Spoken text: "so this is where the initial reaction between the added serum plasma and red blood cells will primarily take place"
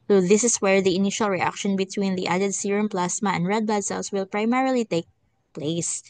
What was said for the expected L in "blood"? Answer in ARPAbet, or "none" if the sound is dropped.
none